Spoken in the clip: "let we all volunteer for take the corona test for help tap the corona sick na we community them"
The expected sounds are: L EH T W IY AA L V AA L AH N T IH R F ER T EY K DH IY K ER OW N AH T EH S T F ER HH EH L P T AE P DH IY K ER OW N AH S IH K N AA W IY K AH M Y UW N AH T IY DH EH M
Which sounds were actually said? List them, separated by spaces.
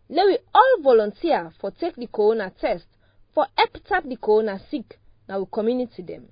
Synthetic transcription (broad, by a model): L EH W IY AA L V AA L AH N T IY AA F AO T EY K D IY K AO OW N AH T EH S T F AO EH P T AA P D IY K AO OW N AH S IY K N AA W IY K AH M Y UW N AH T IY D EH M